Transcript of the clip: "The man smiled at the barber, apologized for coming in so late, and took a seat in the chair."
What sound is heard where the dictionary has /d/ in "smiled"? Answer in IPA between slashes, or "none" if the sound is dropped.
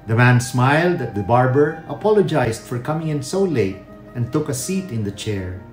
/d/